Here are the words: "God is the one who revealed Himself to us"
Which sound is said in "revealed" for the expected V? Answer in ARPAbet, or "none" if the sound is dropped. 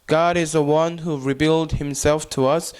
B